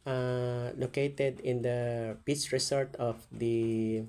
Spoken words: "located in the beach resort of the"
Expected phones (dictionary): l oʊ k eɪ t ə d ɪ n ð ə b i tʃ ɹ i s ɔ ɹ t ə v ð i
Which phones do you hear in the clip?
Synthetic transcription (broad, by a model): l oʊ k eɪ t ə d ɪ n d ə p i s ɹ i s ɔ ɹ t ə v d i